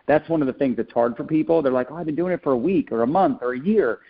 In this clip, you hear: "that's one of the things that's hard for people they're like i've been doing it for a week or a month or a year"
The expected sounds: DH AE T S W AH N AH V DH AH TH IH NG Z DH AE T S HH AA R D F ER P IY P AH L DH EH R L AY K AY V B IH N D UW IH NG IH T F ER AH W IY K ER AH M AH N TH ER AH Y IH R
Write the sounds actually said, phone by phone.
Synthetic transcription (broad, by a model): DH AE T S W AH N AH V DH AH TH IH NG Z DH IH T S HH AA R D F ER P IY P L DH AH R L AY K AY V B IH N D UW IH NG IH T F ER AH W IY K ER AH M AH N TH ER AH Y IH R